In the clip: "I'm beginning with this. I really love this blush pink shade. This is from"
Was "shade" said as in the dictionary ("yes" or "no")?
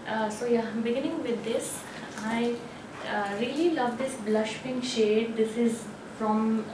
yes